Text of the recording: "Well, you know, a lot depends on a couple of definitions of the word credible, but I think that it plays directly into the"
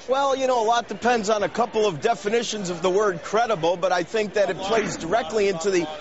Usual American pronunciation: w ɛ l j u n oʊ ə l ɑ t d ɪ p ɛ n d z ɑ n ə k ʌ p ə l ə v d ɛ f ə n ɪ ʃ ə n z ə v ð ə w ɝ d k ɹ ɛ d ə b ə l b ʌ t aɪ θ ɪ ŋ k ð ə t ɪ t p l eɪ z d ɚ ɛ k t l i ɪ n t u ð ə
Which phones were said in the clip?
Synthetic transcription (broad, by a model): w ɛ l j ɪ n oʊ ə l ɑ t d ɪ p ɛ n d z n ə k ʌ p l ə v d ɛ f ə n ɪ ʃ ə n z ə v ð ə w ɝ d k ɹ ɛ d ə b l b ʌ t aɪ θ ɪ ŋ k ð ə t ɪ t p l eɪ z d ɚ ɛ k t l i ɪ n t u ð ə